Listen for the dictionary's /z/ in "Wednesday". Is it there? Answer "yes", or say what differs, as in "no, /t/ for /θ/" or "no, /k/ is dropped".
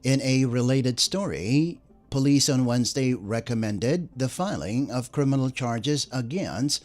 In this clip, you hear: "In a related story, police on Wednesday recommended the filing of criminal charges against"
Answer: yes